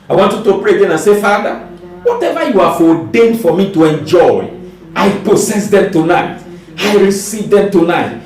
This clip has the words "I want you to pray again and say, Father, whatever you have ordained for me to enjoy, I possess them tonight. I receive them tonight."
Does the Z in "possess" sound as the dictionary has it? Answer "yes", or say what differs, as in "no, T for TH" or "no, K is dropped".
no, S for Z